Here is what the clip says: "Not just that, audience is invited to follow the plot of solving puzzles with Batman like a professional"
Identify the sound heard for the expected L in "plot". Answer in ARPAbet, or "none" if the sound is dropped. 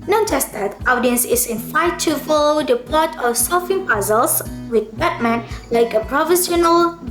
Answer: none